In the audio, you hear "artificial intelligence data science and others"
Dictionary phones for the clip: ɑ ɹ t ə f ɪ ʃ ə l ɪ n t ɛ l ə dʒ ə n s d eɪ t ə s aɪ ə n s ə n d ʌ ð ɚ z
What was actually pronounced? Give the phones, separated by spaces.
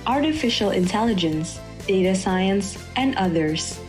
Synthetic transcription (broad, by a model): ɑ ɹ t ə f ɪ ʃ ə l ɪ n t ɛ l ə dʒ ə n s d eɪ t ə s aɪ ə n s ə n d ʌ ð ɚ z